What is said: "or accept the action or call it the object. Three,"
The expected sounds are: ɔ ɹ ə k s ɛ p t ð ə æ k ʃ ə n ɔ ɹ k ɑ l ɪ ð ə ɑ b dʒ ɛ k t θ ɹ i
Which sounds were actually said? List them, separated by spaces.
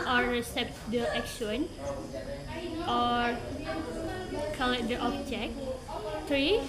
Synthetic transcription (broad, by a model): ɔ ɹ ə s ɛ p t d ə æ k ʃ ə n ɔ ɹ k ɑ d ɪ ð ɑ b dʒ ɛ k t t ɹ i